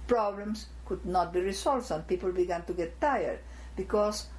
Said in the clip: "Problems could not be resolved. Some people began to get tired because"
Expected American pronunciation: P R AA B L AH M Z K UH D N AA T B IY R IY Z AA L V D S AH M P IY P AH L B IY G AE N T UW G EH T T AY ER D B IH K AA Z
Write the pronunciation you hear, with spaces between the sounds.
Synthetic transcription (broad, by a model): P R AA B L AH M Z K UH D N AA T B IY R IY S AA L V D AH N P IY P AH L B IY G AE N T UW G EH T T AY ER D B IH K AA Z